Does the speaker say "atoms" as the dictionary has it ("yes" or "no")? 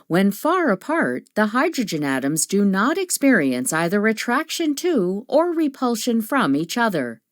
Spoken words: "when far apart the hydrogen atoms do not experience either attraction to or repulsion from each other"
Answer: yes